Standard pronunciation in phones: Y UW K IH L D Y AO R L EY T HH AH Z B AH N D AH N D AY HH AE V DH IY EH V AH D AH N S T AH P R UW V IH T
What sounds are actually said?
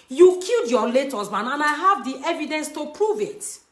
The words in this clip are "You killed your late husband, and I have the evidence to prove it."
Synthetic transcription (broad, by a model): Y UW K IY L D Y AO L EY T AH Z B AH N AH N AY HH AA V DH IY EH V AH D AH N S T AH P R UW V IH T